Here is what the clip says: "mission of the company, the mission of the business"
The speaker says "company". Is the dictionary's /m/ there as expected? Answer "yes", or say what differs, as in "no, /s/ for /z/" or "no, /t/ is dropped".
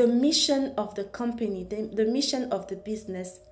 yes